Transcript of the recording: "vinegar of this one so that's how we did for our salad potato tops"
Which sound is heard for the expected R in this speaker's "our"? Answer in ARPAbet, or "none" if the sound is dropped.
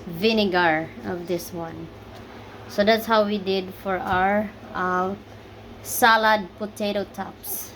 R